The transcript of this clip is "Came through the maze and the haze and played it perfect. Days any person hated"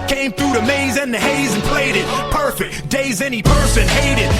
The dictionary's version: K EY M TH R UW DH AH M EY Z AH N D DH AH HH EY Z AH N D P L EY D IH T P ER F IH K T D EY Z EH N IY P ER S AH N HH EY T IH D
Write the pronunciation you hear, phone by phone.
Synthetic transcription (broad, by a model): K EY M TH R UW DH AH M EY Z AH N DH AH HH EY Z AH N P L EY D IH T P ER F IH K T D EY Z EH N IY P ER S AH N HH EY T IH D